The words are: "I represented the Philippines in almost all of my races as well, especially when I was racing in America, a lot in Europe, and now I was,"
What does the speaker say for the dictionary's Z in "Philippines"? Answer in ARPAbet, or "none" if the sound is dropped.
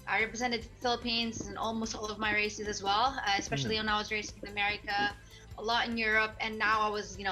Z